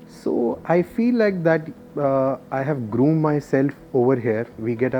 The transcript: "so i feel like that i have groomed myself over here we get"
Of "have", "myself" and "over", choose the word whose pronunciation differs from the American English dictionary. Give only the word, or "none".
none